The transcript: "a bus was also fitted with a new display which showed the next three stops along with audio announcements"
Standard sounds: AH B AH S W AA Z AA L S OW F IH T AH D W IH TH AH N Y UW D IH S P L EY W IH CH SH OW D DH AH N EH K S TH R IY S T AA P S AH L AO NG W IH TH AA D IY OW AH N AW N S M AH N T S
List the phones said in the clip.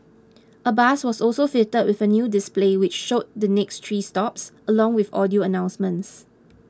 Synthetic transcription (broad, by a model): AH B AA S W AA S AA L S OW F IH T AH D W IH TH AH N Y UW D IH S P L EY W IH CH SH OW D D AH N EH K S T R IY S T AA P S AH L AO NG W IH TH AA D IY OW AH N AW N S M AH N T S